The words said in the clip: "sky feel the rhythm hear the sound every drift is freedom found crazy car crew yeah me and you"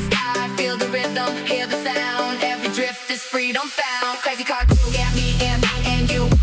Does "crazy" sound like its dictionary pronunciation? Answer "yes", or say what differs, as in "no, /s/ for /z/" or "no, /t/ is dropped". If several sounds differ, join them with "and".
no, /ɹ/ is dropped